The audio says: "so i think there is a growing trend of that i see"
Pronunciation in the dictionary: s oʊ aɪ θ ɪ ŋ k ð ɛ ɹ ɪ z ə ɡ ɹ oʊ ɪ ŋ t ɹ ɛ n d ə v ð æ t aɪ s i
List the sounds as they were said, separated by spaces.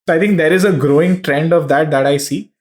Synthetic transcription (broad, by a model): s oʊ aɪ t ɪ ŋ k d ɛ ɹ ɪ z ə ɡ ɹ oʊ ɪ ŋ t ɹ ɛ n d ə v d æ t aɪ s i